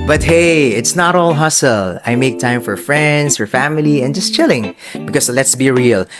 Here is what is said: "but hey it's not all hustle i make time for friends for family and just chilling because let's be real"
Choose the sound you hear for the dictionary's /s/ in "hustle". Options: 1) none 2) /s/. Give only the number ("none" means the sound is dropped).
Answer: 2